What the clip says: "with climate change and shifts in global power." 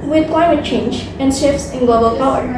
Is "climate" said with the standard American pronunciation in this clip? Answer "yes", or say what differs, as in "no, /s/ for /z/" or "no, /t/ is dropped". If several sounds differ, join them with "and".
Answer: yes